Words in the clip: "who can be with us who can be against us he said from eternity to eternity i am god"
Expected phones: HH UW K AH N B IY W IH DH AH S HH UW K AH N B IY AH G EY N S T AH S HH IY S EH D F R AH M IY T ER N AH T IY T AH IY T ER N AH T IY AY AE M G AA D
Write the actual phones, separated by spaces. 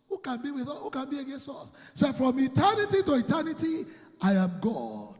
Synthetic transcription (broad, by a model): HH UW K AH N B IY W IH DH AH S HH UW K AH N B IY AH G EY N S T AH S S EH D F R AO M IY T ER N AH T IY T AH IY T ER N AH T IY AY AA M G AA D